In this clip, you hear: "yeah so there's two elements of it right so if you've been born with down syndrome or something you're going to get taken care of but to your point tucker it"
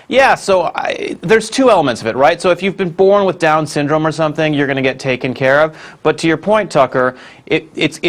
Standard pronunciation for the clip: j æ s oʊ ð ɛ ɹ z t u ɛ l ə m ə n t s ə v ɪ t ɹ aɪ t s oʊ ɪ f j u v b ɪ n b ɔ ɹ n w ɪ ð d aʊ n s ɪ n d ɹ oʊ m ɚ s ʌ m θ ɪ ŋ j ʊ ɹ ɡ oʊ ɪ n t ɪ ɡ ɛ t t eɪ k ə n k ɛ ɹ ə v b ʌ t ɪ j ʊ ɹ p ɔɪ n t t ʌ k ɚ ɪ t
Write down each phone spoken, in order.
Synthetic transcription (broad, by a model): j æ s oʊ ð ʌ ɹ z t u ɛ l ə m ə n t s ə v ɪ t ɹ aɪ t s oʊ ɪ f j u v b ɪ n b ɔ ɹ n w ɪ ð d aʊ n s ɪ n d ɹ oʊ m ɚ s ʌ m θ ɪ ŋ j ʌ ɹ ɡ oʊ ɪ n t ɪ ɡ ɛ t t eɪ k ə n k ɛ ɹ ə v b ʌ t ɪ j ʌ ɹ p ɔɪ n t t ʌ k ɚ ɪ t